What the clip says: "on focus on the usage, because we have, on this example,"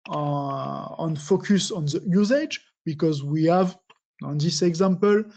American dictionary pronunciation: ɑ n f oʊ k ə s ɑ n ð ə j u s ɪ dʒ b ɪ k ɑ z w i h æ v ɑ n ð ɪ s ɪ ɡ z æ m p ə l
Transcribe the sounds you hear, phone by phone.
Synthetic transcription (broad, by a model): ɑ n f oʊ k ə s ɑ n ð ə j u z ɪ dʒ b ɪ k ɑ z w i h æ v ɑ n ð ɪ s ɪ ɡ z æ m p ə l